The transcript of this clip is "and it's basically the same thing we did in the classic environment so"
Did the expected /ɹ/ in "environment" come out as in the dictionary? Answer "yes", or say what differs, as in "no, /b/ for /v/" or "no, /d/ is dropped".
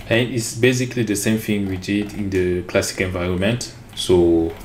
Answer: yes